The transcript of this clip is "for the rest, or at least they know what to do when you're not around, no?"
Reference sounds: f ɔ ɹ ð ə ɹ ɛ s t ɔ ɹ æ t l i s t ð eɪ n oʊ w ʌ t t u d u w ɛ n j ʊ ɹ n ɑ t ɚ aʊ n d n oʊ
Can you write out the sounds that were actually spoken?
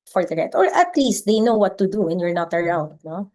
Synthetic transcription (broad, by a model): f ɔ ɹ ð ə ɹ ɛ t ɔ ɹ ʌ t l i s t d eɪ n oʊ w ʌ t t u d u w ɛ n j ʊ ɹ n ɑ t ɚ aʊ n d n oʊ